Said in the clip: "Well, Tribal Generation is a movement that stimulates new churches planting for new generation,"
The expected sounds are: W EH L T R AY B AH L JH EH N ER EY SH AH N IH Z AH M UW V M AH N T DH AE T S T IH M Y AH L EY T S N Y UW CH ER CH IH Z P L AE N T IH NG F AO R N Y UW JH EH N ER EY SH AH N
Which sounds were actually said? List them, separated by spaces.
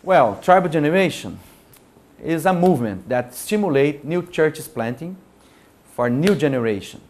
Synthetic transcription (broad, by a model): W EH L T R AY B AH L JH EH N ER EY SH AH N IH Z AH M UW V M AH N T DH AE T S T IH M Y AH L EY T N Y UW CH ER CH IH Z P L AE N T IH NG F AO R N Y UW JH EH N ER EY SH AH N